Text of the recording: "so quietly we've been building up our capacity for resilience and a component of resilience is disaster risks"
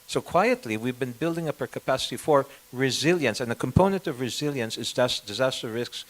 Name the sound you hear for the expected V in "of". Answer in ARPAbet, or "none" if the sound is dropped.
V